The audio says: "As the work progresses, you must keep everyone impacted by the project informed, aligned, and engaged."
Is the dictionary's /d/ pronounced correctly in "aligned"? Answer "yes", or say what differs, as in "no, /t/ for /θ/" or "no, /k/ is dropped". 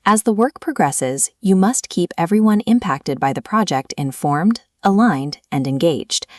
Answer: yes